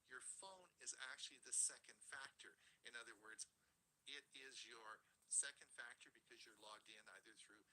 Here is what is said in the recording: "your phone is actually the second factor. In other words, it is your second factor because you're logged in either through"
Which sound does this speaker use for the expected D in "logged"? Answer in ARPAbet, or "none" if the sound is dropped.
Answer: D